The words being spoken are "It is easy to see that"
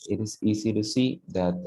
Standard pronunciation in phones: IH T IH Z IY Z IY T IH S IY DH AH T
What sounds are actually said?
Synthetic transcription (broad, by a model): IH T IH S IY S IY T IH S IY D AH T